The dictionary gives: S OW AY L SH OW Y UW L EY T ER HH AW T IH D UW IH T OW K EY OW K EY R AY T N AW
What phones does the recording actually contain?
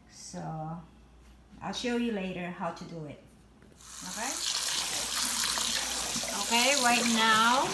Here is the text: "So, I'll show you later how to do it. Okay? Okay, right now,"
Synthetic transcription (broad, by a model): S OW AY L SH OW Y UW L EY T ER HH AW T IH D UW IH T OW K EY OW K EY R AY T N AW